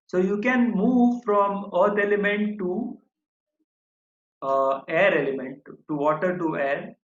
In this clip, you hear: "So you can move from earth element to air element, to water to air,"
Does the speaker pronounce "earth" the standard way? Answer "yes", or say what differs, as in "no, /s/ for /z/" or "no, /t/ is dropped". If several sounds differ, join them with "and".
no, /t/ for /θ/